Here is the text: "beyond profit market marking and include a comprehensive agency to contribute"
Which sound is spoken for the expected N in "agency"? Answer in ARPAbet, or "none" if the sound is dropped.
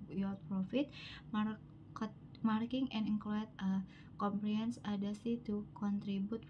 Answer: none